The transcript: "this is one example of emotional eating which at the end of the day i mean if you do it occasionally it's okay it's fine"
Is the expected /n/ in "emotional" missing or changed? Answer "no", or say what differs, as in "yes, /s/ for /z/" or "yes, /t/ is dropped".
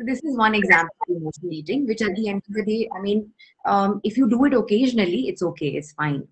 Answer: yes, /n/ is dropped